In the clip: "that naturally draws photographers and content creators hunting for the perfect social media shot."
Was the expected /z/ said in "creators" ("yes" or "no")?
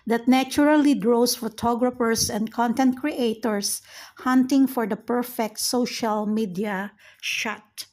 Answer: no